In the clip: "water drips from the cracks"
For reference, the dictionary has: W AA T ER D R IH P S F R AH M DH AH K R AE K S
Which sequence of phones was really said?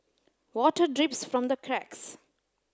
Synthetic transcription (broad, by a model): W AA T ER D R IH P S F R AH M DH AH K R AE K S